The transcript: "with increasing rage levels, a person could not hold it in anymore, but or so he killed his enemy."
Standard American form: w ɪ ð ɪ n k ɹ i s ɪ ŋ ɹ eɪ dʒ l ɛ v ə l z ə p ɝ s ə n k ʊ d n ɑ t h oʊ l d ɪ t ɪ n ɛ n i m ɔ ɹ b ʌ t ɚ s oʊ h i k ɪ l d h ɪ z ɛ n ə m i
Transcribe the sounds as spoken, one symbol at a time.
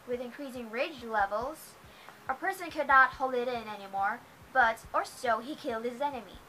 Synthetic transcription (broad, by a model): w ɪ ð ɪ n k ɹ i s ɪ ŋ ɹ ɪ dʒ l ɛ v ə l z ə p ɝ s ə n k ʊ d n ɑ t h oʊ l d ɪ t ɪ n ɛ n i m ɔ ɹ b ʌ t ɚ s oʊ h i k ɪ l d h ɪ z ɛ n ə m i